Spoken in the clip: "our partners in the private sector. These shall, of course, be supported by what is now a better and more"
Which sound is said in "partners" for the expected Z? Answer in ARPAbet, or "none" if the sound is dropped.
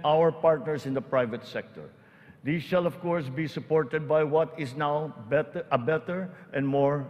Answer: S